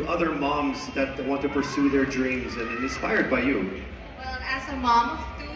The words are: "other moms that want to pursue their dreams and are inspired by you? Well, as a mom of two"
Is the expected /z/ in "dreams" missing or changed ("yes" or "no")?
no